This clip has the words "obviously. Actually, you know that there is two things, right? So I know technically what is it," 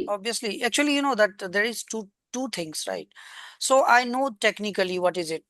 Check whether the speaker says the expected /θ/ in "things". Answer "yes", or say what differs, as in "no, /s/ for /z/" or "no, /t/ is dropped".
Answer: no, /t/ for /θ/